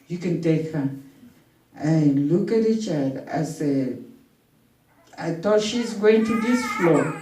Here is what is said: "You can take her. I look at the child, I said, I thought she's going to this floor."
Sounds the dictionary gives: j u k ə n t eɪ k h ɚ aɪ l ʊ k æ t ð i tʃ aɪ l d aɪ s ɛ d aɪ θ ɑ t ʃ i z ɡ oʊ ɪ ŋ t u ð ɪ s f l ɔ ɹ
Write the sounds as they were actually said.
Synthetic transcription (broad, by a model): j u k ə n t eɪ k h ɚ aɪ l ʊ k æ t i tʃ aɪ d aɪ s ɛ aɪ t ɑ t ʃ i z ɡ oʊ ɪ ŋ t u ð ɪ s f l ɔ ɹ